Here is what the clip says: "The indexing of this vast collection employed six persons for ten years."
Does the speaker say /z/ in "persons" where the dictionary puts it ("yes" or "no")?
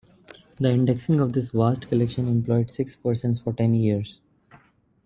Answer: no